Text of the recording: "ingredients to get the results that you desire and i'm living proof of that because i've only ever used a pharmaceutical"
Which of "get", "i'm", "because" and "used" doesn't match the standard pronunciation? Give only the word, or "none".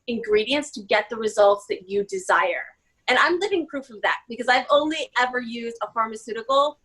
none